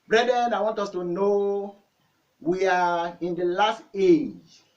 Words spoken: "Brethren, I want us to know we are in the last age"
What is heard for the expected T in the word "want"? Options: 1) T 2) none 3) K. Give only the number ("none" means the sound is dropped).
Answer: 1